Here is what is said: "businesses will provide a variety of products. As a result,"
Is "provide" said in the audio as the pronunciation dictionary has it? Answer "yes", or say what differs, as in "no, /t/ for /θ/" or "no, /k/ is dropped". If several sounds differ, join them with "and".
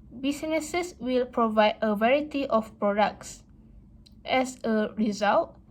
yes